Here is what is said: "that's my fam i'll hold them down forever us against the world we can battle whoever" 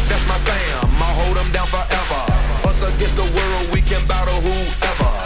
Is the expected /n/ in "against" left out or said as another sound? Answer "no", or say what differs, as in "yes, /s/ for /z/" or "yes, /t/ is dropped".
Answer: yes, /n/ is dropped